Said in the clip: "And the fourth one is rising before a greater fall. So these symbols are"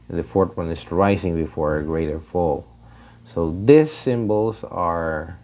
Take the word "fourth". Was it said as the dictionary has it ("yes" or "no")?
no